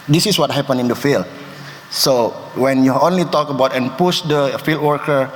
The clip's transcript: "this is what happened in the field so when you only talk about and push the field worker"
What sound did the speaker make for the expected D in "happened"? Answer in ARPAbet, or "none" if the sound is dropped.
none